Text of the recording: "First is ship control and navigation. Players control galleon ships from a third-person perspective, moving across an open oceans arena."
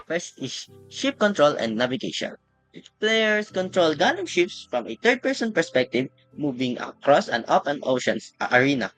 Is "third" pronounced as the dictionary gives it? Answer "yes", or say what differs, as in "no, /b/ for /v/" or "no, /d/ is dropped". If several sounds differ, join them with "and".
no, /t/ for /θ/